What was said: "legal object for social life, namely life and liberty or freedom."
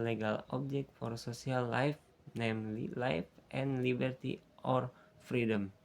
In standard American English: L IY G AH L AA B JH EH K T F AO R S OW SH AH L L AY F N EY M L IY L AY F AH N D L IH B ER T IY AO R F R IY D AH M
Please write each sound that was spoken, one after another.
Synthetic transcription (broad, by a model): L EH G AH L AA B JH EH K T F AO R S OW S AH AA L AY F N EY M L IY L AY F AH N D L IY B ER T IY AO R F R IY D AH M